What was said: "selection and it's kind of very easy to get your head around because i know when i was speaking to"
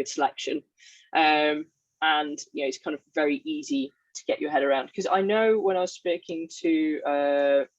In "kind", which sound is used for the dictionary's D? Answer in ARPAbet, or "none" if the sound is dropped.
D